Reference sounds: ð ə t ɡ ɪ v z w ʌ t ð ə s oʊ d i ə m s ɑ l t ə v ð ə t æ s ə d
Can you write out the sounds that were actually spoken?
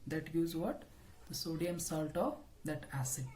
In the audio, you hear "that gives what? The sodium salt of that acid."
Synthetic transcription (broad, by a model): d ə t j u z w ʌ t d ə s oʊ d i ə m s ɑ l t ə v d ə t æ s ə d